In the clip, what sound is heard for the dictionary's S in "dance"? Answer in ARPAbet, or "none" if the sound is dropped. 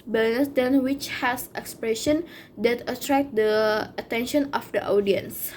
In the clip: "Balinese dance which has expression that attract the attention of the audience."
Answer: none